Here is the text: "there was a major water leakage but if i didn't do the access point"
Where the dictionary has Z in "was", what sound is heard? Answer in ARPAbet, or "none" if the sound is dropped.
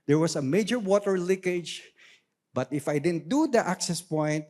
S